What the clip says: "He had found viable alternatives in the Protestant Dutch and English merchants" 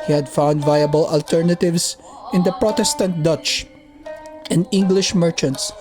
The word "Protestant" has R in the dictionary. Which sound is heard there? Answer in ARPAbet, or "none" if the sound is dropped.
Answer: R